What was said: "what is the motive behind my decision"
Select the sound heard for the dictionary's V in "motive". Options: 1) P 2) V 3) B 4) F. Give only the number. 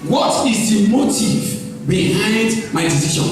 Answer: 2